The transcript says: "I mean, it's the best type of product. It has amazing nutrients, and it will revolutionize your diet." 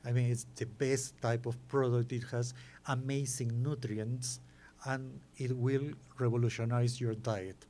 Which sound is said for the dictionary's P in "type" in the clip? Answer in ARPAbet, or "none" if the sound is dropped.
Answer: P